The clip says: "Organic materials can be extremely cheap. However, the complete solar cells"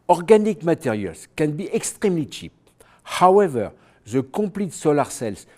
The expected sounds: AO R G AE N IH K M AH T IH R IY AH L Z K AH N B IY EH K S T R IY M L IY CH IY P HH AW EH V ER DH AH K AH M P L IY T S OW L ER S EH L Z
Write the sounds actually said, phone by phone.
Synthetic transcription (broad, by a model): AO R G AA N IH K M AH T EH R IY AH L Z K AH N B IY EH K S T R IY M L IY CH IY P HH AW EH V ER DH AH K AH P L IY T S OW L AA S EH L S